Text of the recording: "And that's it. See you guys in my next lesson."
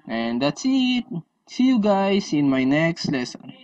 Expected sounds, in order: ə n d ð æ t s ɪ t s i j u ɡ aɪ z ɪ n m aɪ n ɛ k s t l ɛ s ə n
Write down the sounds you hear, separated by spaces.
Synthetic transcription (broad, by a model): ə n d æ t s ɪ t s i j u ɡ aɪ s ɪ n m aɪ n ɛ k s t l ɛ s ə n